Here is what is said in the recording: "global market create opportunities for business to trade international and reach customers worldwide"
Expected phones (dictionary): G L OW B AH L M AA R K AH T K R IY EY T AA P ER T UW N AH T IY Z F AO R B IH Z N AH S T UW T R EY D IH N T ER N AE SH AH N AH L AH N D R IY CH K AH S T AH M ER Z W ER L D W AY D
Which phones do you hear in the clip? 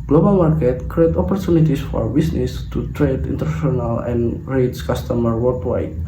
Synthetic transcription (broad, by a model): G L OW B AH L M AA R K AH T K R IY EY T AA P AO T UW N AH T IY S F AO R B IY S N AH S T UW T R EY D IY N T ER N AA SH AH N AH L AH N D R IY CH K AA S T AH M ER W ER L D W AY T